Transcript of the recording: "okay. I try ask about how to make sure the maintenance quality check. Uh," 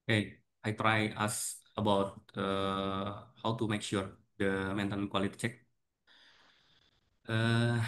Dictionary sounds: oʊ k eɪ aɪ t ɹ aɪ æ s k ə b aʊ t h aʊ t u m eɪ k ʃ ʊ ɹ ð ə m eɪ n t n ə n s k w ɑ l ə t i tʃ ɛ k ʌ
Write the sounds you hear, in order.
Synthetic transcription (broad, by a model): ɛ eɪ aɪ t ɹ aɪ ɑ s ə b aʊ t h aʊ t u m eɪ k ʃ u ɹ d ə m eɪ n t ə n k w ɑ l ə t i tʃ ɛ k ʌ